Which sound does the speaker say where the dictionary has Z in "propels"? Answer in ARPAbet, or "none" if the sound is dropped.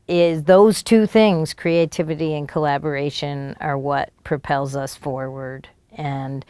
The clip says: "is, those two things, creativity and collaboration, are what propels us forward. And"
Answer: Z